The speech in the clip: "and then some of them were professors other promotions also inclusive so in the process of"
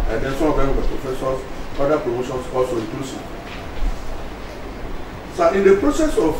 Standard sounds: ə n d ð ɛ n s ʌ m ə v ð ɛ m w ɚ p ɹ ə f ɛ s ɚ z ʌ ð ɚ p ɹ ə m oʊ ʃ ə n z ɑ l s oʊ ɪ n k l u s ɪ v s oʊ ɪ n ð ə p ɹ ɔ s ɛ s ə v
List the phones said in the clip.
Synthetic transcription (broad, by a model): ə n d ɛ n s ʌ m ə v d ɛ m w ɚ p ɹ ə f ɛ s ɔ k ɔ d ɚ p ɹ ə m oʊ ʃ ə n s ɑ l s oʊ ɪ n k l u s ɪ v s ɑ ɪ n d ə p ɹ ɔ s ɛ s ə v